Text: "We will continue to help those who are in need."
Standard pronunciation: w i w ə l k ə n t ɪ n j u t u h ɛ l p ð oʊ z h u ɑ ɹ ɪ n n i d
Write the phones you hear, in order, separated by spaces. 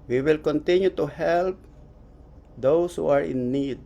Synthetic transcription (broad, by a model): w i w ə l k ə n t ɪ n j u t u h ɛ l p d oʊ s h u ɑ ɹ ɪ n n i d